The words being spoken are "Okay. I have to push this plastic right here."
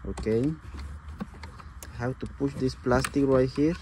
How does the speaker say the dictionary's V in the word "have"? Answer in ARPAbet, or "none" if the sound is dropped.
W